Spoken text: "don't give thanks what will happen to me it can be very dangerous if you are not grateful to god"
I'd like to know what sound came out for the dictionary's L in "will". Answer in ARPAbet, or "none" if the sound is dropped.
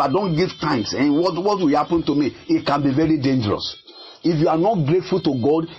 W